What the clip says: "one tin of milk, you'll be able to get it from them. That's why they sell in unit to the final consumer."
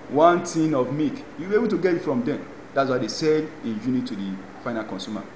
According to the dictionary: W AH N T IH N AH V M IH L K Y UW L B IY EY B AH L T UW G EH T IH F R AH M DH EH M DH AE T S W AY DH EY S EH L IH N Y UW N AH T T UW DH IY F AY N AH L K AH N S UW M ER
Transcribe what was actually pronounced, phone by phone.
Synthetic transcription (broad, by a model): W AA N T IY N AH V M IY K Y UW B IY EY B AH L T UW G EH T IH F R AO M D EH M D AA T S W AY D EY S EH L IH N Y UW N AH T T UW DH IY F AY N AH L K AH N S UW M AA